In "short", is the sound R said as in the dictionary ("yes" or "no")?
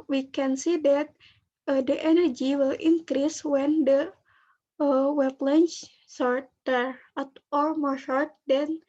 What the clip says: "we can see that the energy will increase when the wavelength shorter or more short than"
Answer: yes